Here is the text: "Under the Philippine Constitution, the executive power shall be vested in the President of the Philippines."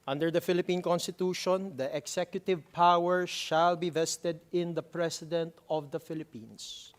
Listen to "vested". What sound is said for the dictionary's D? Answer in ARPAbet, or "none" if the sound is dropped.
D